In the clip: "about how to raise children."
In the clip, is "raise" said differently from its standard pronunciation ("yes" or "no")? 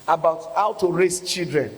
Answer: yes